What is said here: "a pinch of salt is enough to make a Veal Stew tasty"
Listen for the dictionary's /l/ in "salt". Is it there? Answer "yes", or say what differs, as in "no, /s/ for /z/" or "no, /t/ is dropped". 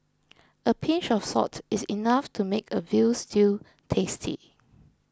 no, /l/ is dropped